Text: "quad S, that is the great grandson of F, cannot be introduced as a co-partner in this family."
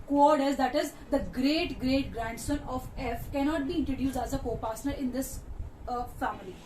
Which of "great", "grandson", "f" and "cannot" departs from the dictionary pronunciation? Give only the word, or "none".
none